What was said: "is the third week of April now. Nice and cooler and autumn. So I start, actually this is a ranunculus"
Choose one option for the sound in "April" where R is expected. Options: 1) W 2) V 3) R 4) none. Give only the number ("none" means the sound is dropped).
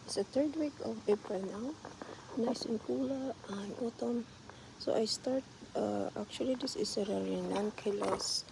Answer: 4